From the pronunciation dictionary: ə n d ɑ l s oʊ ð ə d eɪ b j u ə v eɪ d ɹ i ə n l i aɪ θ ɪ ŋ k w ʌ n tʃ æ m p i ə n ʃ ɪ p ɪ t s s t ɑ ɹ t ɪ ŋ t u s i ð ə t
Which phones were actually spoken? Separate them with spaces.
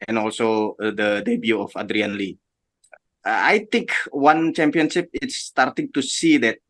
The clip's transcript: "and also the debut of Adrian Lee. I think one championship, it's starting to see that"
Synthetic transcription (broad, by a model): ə n ɑ l s oʊ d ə d eɪ b j u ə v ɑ d ɹ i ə n l i aɪ t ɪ ŋ k w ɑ n tʃ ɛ m p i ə n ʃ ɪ p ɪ t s s t ɑ ɹ t ɪ ŋ t u s i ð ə t